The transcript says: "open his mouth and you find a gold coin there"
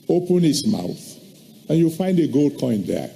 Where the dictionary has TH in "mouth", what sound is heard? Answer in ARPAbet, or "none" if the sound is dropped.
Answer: TH